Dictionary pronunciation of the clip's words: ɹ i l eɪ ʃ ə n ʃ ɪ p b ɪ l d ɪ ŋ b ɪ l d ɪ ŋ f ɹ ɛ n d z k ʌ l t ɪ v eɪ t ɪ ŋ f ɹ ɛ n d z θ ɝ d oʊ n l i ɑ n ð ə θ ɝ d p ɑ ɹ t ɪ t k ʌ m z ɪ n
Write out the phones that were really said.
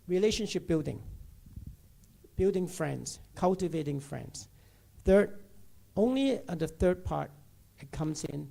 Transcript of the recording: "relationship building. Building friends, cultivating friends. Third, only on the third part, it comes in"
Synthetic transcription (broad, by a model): ɹ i l eɪ ʃ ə n ʃ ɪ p b ɪ l d ɪ ŋ b ɪ l d ɪ ŋ f ɹ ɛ n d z k ʌ l t ɪ v eɪ t ɪ ŋ f ɹ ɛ n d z θ ɝ d oʊ n l i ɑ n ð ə θ ɝ d p ɑ ɹ t ɪ t k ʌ m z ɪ n